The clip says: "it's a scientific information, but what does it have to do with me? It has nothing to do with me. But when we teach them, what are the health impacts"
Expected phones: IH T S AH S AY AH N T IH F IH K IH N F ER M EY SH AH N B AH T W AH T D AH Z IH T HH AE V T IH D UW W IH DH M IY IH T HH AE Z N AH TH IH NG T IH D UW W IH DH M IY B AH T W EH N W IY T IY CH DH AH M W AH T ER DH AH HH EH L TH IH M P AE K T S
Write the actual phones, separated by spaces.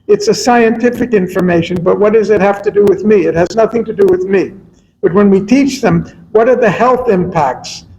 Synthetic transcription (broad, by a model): IH T S AH S AY AH N T IH F IH K IH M F ER M EY SH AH N B AH T W AH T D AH Z IH T HH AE F T IH D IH W IH DH M IY IH T HH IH Z N AH TH IH NG T IH D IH W IH DH M IY B AH T W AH N W IY T IY CH DH AH M W AH T ER DH AH HH EH L TH IH M P AE K T S